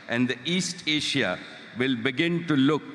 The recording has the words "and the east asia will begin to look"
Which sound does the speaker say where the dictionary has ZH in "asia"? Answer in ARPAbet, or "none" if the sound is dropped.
SH